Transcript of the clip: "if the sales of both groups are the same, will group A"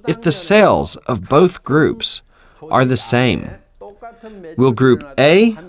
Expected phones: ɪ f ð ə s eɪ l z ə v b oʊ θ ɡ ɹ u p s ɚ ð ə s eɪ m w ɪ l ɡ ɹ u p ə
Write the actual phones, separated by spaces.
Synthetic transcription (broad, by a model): ɪ f ð ə s eɪ l z ə v b oʊ θ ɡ ɹ u p s ɚ ð ə s eɪ m w ɪ l ɡ ɹ u p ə